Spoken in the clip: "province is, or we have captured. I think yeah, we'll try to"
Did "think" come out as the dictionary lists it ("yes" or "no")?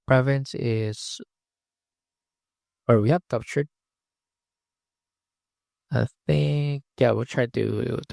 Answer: yes